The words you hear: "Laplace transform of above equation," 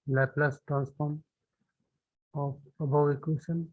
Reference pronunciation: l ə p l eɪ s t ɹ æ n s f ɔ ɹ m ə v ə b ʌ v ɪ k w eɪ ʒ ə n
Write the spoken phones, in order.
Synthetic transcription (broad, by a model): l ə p l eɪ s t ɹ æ n s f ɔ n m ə p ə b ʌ w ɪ k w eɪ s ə n